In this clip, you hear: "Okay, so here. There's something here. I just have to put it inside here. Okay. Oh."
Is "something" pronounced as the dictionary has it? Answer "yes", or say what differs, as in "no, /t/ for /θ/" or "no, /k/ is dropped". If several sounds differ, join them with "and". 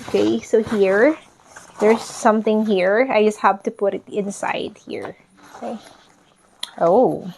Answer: yes